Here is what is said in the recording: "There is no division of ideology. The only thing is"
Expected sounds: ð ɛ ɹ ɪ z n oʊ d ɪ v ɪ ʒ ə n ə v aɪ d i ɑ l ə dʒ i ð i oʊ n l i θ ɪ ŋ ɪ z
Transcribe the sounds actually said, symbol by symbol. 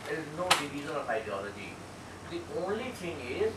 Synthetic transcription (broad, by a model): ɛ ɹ ɪ z n oʊ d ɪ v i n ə l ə f aɪ d i ɑ l ə dʒ i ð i oʊ n l i t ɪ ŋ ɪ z